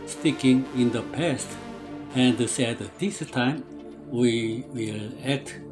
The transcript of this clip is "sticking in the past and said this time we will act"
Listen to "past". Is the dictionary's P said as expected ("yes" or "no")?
yes